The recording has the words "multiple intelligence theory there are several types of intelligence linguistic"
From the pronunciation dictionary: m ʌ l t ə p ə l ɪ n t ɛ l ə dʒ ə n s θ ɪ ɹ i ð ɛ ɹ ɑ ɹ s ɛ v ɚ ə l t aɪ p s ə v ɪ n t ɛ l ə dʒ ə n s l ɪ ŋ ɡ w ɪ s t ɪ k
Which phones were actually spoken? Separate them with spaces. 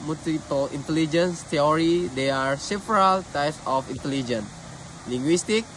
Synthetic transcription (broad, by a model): m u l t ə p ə l ɪ n t ɛ l ə dʒ ə n s t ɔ ɹ i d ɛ ɑ ɹ s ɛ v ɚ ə l t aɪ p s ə f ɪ n t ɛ l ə dʒ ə n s l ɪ ŋ ɡ w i s t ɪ k